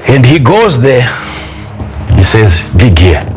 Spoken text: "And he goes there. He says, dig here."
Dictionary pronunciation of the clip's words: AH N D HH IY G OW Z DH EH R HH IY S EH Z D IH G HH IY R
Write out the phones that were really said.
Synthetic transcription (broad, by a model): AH N D HH IY G OW Z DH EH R HH IY S EH Z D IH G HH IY